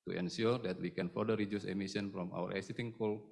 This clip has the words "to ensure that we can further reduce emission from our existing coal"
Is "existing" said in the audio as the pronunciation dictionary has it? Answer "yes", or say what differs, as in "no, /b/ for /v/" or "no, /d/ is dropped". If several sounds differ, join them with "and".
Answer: no, /s/ is dropped